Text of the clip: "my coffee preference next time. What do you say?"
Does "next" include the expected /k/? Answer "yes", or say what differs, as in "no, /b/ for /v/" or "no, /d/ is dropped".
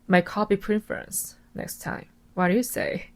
yes